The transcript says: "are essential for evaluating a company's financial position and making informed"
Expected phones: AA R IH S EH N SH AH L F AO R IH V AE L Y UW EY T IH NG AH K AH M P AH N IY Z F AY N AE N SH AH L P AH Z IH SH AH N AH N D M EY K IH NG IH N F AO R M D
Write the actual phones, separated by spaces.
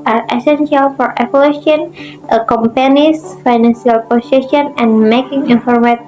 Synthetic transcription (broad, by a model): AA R IH S EH N SH AH L F AO R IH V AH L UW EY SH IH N AH K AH M P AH N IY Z F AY N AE N S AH L P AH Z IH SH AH N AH N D M EY K IH NG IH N F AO R M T